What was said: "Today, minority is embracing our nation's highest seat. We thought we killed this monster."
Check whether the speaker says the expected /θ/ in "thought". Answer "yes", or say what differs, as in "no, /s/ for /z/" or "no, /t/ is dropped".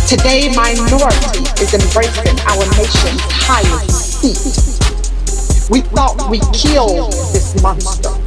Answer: yes